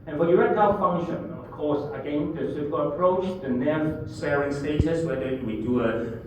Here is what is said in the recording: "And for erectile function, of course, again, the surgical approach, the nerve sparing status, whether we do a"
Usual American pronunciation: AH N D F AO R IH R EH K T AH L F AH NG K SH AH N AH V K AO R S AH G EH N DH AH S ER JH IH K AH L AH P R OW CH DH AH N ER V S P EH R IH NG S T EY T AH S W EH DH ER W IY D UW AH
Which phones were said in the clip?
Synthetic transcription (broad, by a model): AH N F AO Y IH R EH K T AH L F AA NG SH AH N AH F K AO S AH G EH N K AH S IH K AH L AH P R OW CH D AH N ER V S EH R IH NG S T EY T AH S W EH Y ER W IY D UW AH